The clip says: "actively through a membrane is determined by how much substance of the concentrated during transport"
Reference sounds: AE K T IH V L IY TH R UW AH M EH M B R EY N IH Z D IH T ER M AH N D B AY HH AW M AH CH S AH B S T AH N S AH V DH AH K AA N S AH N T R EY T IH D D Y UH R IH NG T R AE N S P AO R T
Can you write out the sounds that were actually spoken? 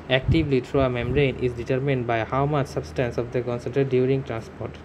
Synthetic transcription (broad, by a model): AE K T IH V L IY T R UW AH M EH M R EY N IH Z D IH T ER M AH N D B AY HH AW M AH CH S AH B S T AH N S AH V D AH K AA N S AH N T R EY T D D Y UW R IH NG T R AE N S P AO R T